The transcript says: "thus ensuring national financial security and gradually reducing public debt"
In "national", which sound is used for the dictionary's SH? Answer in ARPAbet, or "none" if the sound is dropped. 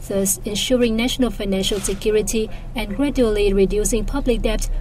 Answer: SH